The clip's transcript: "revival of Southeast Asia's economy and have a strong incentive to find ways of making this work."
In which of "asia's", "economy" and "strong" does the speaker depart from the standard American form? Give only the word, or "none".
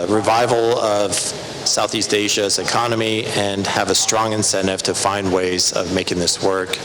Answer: none